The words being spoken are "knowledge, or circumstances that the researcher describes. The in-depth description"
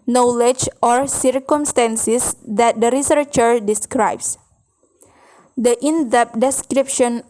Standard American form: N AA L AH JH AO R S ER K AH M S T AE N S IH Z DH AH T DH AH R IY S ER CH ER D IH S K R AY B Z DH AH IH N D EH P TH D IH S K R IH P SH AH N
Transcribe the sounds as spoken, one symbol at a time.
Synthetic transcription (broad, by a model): N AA L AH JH AO R S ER K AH M S T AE N S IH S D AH T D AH R IY S ER CH ER D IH S K R AY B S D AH IH N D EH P D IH S K R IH P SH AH N